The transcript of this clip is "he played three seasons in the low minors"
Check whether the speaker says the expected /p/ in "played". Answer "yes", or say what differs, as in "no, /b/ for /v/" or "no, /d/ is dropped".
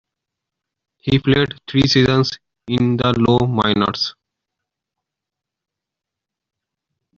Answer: no, /f/ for /p/